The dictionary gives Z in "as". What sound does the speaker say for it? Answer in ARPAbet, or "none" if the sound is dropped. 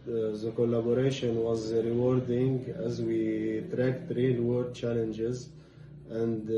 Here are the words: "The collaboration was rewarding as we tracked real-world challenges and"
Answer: Z